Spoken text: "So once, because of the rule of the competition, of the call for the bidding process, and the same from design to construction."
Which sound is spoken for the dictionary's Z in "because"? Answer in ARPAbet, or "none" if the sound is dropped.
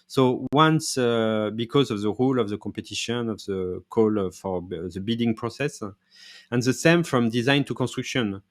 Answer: Z